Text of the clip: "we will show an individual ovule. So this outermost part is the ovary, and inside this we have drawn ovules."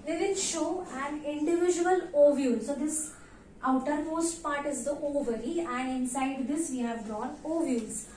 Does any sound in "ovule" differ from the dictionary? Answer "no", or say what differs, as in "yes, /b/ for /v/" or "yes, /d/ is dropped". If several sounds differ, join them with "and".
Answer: no